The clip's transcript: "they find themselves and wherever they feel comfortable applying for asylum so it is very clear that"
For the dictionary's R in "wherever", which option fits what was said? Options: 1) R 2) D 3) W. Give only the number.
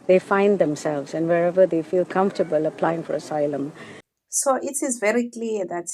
1